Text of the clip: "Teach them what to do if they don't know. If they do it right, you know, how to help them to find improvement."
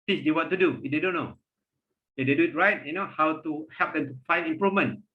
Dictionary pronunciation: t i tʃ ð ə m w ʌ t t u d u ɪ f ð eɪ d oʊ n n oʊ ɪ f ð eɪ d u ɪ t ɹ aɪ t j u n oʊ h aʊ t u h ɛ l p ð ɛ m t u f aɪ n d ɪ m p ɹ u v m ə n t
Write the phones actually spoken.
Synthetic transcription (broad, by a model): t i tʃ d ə w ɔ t t u d u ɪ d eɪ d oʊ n n oʊ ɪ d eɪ d u ɪ t ɹ aɪ t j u n oʊ h aʊ t u h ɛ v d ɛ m t u f aɪ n ɪ m p ɹ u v m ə n